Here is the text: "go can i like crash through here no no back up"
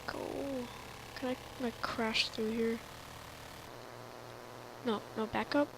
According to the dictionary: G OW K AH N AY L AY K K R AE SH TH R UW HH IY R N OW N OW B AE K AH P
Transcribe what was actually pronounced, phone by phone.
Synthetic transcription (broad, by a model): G OW K AH N AY N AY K K R AE SH TH R UW HH IY R N OW N OW B AE K AH P